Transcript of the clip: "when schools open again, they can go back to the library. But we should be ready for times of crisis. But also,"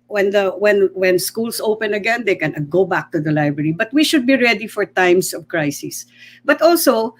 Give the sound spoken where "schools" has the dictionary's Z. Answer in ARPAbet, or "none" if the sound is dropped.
S